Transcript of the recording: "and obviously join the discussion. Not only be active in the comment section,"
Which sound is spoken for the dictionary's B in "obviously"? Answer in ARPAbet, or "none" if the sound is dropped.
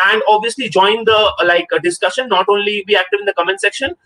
B